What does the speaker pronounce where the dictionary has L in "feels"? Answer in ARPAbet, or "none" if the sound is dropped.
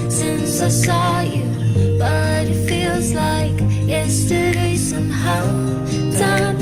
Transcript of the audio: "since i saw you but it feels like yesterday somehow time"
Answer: L